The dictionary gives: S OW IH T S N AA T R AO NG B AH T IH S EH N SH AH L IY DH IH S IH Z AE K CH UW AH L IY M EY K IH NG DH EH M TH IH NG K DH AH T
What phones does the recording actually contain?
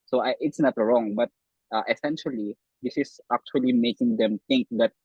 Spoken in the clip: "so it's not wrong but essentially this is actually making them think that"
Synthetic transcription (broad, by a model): S OW IH T S N AA T R AO NG B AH T IH S EH N SH AH L IY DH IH S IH S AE K CH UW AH L IY M EY K IH NG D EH M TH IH NG K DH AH T